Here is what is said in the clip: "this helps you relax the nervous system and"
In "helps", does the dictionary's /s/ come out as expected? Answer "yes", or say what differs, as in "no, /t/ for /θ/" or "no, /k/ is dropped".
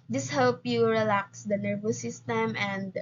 no, /s/ is dropped